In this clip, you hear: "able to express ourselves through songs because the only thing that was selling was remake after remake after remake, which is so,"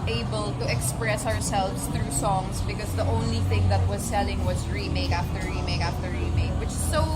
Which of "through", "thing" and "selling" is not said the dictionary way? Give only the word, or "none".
none